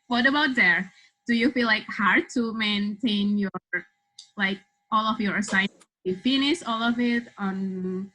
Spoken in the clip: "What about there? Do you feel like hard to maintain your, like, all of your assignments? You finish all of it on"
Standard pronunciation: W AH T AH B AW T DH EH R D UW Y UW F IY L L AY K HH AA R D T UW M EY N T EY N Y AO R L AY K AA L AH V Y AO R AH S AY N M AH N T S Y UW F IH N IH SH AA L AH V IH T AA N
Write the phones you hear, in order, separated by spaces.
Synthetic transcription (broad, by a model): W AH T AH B AW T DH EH R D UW Y UW F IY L L AY K HH AA R D T UW M EY N T EY N Y AO R L AY K AA L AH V Y AO R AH S AY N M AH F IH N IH S AA L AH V IH T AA N